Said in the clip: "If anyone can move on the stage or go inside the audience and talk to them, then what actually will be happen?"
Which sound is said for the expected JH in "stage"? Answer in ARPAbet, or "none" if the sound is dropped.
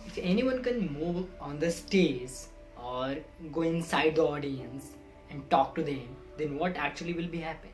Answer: Z